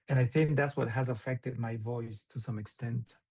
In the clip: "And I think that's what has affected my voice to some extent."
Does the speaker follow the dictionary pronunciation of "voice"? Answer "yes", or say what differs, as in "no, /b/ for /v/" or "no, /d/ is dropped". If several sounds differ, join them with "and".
yes